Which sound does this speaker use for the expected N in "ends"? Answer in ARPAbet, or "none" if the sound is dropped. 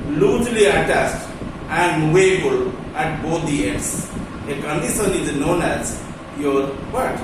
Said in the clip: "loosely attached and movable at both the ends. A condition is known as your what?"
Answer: none